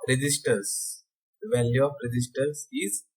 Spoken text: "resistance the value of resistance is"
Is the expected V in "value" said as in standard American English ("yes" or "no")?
yes